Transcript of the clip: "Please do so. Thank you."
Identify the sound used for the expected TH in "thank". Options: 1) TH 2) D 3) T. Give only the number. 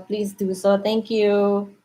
3